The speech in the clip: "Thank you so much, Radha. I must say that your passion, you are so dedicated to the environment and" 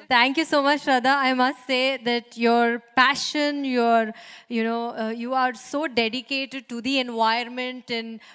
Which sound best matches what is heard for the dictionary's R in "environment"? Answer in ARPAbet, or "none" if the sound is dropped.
none